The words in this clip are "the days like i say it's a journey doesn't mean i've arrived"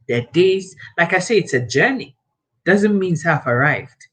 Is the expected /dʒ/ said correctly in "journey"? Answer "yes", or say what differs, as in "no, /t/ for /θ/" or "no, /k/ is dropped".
yes